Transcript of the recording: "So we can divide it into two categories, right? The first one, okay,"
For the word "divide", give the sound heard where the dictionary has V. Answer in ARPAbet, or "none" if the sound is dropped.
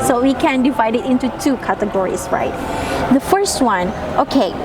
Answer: V